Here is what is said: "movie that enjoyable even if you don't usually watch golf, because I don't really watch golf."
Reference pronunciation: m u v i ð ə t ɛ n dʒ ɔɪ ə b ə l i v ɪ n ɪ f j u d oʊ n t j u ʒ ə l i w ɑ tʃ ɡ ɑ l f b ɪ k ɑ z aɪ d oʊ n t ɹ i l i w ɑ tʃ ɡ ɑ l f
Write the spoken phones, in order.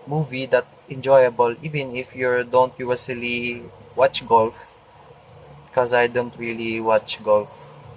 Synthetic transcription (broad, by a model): m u v i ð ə t ɛ n dʒ ɔɪ ə b ə l i v ɪ n ɪ f j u d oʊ n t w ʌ s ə l i w ɑ tʃ ɡ ɑ l f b k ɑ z aɪ d oʊ n t ɹ i l i w ɑ tʃ ɡ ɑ l f